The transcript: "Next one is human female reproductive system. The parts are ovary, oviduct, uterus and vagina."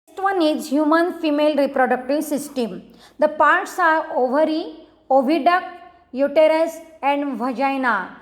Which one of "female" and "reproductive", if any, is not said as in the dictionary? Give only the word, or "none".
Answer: none